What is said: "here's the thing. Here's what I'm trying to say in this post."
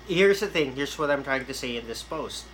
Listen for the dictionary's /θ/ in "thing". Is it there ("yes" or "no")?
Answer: yes